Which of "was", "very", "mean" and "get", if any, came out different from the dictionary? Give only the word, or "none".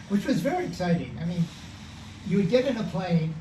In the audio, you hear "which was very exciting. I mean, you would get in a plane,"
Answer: none